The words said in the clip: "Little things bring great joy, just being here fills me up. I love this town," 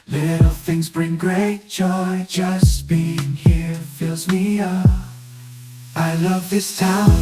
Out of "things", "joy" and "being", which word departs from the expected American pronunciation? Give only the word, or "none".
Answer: none